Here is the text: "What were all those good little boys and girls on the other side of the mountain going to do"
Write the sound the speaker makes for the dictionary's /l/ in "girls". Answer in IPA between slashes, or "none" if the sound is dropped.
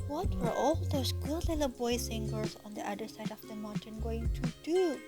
none